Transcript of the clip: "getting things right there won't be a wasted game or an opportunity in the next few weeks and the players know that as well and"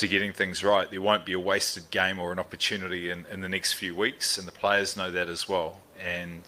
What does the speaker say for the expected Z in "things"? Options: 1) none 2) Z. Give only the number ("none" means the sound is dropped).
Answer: 2